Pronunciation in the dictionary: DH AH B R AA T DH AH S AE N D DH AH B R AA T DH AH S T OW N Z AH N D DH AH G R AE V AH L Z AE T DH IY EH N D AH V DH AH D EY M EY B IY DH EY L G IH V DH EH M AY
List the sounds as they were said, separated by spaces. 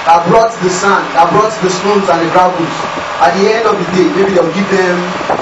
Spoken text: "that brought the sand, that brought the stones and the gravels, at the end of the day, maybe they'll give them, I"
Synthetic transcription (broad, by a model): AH B R AA T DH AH S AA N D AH B R AA T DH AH S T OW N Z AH N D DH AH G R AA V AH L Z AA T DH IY EH N D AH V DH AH D EY M EY B IY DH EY W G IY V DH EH M